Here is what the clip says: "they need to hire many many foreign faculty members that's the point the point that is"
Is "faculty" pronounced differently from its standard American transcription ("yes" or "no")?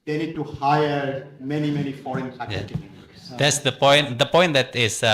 yes